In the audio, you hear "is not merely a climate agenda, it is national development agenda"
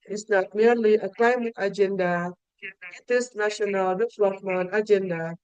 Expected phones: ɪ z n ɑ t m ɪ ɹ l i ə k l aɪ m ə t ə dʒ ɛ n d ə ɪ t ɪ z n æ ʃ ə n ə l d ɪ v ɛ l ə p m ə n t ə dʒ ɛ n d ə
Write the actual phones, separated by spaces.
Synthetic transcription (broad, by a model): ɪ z n ɑ t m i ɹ l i ə k l aɪ m ə t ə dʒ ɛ n d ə ɪ t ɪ s n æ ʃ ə n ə l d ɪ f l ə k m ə n ə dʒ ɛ n d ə